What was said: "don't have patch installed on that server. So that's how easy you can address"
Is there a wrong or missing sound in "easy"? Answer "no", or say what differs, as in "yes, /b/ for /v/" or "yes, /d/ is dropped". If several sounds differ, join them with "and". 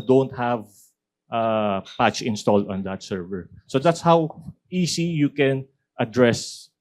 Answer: yes, /s/ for /z/